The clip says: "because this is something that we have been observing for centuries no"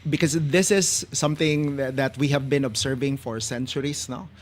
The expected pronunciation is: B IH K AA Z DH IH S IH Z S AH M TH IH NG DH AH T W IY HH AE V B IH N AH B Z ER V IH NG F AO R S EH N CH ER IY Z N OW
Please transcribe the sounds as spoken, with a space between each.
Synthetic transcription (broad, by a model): B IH K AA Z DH IH S IH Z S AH M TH IH NG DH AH T W IY HH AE V B IH N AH B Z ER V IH NG F AO R S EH N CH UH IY S N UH